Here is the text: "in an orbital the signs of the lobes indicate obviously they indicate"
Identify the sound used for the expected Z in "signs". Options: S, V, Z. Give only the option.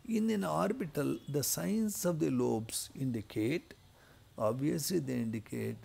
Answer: S